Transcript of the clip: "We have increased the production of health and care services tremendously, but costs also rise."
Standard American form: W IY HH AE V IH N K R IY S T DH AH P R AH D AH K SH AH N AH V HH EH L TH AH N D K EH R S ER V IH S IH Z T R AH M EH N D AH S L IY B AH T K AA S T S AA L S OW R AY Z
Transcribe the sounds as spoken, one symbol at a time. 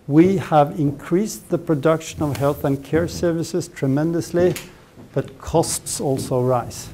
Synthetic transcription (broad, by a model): W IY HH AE V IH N K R IY S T DH AH P R AH D AH K SH AH N AH V HH EH L TH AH N K EH R S ER V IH S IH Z T R AH M EH N D AH S L IY B AH T K AA S T S AA L S OW R AY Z